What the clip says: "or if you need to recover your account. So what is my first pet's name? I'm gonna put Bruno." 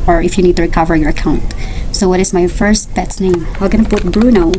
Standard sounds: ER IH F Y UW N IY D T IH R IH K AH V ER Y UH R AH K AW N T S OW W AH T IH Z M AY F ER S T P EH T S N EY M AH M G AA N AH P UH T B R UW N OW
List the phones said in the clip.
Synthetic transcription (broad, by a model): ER IH F Y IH N IY D T IH R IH K AH V ER Y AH R AH K AW N T S OW W AH T IH Z M AY F ER S T B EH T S N EY M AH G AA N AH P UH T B R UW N OW